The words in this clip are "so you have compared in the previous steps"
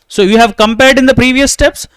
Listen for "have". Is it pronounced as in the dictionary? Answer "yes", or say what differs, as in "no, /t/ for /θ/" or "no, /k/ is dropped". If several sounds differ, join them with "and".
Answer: yes